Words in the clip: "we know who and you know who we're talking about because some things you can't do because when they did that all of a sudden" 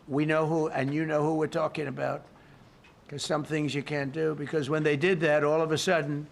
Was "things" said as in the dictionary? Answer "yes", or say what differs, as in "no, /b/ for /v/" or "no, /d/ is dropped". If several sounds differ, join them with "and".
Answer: yes